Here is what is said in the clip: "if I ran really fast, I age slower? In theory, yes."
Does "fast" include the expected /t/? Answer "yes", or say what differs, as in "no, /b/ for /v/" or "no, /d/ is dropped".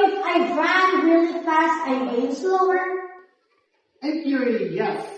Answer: yes